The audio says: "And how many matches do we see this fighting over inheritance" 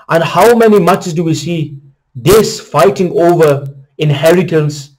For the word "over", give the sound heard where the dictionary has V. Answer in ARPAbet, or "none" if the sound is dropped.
V